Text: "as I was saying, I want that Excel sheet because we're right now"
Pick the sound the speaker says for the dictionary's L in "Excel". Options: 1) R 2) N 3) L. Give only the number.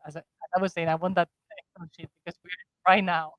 2